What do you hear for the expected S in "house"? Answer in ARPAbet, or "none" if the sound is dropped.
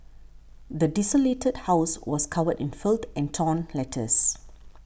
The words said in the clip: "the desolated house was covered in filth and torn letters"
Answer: S